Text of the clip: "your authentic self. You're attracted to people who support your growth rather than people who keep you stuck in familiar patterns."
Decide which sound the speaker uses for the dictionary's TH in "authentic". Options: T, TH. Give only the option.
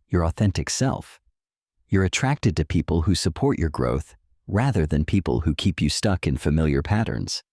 TH